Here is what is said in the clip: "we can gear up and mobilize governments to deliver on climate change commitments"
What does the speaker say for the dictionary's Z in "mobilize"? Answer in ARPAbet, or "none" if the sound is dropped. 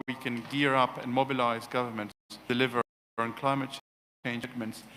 Z